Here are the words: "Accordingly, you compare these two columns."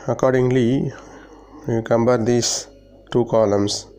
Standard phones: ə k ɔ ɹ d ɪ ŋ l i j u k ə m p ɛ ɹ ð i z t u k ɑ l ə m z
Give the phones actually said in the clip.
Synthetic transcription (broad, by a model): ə k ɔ ɹ d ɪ ŋ l i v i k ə m b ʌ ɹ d i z t u k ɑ l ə m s